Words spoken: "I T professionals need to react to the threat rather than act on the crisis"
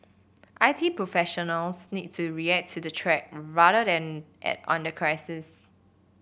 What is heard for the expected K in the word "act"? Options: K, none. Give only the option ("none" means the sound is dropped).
none